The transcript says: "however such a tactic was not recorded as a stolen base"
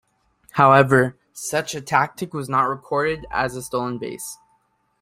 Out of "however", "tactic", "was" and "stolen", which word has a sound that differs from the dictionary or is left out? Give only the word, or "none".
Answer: stolen